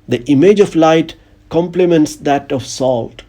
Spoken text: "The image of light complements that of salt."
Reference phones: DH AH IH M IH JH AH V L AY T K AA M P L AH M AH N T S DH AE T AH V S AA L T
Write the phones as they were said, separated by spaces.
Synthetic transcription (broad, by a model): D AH IH M IH JH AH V L AY T K AA M P L AH M AH N T S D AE T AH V S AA L T